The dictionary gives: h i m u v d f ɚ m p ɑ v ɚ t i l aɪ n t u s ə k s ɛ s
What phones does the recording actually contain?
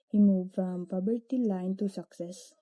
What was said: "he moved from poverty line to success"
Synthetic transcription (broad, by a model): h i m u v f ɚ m p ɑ b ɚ t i l aɪ n t u s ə k s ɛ s